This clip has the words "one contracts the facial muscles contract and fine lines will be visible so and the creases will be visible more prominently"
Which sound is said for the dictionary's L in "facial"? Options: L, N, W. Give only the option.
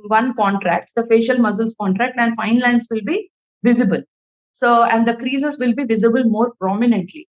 L